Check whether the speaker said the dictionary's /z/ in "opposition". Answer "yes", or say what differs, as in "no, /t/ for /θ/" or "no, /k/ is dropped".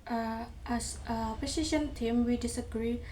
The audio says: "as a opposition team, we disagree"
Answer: no, /s/ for /z/